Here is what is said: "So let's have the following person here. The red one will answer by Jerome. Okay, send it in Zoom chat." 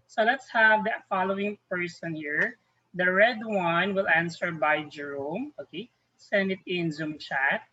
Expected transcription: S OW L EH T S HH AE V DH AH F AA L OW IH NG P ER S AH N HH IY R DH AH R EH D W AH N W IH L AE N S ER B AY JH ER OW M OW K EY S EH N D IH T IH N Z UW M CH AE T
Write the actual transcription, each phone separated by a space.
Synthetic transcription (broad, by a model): S OW L EH T S HH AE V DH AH F AA L OW IH NG P ER S AH N HH IY R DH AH R EH D W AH N W IH L AE N S ER B AY JH ER OW M OW K EY S EH N D IH T IH N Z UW M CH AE T